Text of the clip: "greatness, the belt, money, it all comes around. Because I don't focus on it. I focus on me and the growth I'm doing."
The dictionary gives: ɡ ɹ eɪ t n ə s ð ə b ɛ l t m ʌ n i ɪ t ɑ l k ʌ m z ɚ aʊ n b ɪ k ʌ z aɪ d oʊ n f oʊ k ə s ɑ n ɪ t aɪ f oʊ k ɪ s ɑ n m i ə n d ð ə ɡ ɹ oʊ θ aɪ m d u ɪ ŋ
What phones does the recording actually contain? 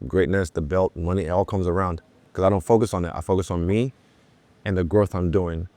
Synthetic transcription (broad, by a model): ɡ ɹ eɪ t n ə s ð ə b ɛ l t m ʌ n i ɪ t ɑ l k ʌ m z ɚ aʊ n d k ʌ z aɪ d oʊ n f oʊ k ə s n ɪ t aɪ f oʊ k ɪ s n m i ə n ð ə ɡ ɹ oʊ θ aɪ m d u ɪ ŋ